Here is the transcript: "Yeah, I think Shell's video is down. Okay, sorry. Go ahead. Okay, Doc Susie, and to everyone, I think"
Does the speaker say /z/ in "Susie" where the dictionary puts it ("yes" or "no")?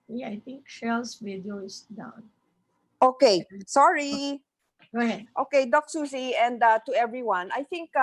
no